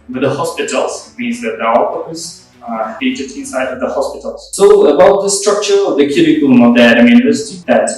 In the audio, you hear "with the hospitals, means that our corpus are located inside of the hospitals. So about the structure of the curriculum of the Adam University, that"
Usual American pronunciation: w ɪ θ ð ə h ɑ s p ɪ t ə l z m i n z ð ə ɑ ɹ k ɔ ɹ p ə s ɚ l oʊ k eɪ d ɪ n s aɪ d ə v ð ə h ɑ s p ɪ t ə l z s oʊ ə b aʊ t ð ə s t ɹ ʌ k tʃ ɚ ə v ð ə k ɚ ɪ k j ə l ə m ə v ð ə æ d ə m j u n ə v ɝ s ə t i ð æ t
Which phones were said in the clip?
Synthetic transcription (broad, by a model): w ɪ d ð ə h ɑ s p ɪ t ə l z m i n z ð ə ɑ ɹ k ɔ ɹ ə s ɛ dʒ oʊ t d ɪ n s aɪ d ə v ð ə h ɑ s p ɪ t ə l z s oʊ ə b aʊ t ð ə s t ɹ ʌ k tʃ ɚ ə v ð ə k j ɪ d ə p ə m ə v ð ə æ d ə m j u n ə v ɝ s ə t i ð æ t